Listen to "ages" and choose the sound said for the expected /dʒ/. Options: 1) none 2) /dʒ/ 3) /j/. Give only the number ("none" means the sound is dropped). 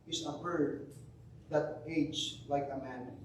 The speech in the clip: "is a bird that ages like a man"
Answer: 1